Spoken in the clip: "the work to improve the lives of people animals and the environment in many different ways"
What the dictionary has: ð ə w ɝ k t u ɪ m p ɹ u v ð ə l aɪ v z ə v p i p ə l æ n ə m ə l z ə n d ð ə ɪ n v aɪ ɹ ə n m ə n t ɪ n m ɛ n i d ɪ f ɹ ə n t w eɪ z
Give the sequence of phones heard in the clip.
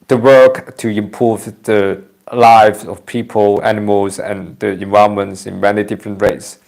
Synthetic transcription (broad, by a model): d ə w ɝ k t u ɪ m p u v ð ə l aɪ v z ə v p i p ə l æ n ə m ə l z ə n d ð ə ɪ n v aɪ ə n m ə n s ɪ n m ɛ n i d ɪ f ɹ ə n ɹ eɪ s